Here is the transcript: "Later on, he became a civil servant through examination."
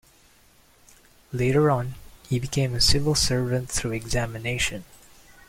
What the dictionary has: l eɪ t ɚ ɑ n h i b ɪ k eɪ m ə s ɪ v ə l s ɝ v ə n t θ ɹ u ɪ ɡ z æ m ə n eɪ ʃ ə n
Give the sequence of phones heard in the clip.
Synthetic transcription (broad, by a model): l eɪ t ɚ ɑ n h i b ɪ k eɪ m ə s ɪ v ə l s ɝ v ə n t θ ɹ u ɪ ɡ z æ m ə n eɪ ʃ ə n